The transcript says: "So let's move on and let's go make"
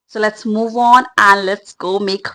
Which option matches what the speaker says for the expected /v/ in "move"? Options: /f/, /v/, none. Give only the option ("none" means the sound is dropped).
/v/